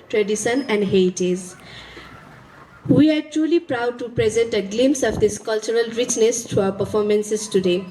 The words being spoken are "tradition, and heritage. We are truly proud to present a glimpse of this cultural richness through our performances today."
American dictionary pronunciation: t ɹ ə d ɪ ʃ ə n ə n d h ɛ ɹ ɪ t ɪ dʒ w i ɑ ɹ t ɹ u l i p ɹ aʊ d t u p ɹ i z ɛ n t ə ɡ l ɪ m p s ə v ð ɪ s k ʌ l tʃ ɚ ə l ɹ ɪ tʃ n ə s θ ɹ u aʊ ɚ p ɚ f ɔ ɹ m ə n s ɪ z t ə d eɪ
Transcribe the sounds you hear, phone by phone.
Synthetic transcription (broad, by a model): t ɹ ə d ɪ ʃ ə n ə n d h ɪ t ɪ z w i ɑ ɹ t ɹ u l i p ɹ aʊ d t u p ɹ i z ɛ n t ə ɡ l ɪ m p s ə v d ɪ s k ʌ l tʃ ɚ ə l ɹ ɪ tʃ n ə s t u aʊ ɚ p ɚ f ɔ ɹ m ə n s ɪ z t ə d eɪ